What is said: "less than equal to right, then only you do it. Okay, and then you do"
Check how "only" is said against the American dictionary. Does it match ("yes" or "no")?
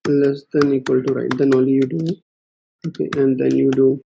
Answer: no